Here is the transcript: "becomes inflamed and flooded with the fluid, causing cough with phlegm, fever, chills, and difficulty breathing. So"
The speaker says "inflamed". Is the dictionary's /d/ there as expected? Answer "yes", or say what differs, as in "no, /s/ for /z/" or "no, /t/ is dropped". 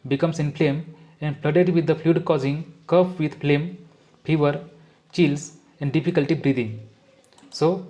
no, /d/ is dropped